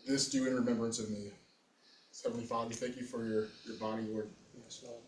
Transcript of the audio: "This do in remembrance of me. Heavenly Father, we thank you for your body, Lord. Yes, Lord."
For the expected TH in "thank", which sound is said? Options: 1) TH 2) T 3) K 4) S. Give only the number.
1